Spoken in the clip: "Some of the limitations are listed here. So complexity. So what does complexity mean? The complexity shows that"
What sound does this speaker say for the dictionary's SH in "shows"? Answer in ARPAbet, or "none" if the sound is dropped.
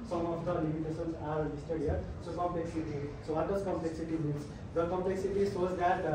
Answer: S